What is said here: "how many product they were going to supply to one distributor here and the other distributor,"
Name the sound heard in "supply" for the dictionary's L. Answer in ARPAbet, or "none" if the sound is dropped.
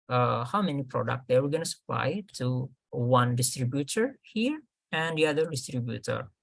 L